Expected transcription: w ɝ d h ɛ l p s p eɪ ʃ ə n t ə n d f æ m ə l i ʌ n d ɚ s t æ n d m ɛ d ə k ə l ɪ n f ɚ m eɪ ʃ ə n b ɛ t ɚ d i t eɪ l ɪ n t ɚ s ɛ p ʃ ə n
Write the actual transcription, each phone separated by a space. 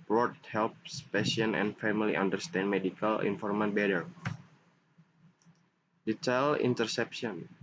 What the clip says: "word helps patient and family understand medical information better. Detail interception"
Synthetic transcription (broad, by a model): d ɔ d h ɛ l p s p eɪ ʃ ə n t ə n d f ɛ m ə l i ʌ n d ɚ s t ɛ n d m ɛ d ə k ə l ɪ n f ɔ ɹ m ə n b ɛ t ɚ d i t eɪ l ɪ n t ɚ s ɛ p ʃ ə n